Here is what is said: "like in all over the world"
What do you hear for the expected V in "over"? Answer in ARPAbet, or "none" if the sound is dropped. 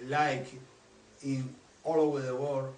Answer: V